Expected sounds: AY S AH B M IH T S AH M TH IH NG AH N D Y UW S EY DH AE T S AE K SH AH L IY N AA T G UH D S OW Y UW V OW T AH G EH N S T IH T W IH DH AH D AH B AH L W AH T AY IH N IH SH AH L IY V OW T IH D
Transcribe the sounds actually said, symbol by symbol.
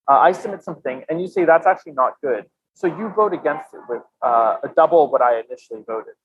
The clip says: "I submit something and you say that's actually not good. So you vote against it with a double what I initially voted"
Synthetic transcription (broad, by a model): AY S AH M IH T S AH M TH IH NG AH N Y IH S EY DH AE T S AE K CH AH L IY N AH T G UH D S OW Y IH V OW T AH G EH N S T IH T W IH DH AH D AH B L W AH T AY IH N IH SH L IY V OW T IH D